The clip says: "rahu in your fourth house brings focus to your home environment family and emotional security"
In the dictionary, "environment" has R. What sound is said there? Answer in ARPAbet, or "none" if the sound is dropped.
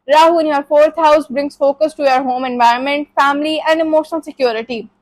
R